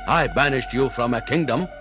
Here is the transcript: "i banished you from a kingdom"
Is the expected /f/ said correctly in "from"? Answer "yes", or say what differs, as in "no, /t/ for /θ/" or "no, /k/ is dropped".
yes